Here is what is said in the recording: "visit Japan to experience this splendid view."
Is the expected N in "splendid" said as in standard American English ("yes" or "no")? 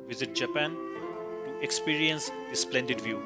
yes